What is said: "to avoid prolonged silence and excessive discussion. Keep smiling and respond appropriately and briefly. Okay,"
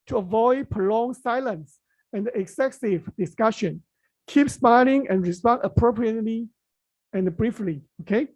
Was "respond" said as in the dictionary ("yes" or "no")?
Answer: no